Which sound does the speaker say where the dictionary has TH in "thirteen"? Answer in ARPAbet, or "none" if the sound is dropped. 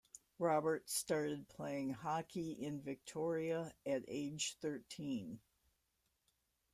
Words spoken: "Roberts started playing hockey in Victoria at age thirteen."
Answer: TH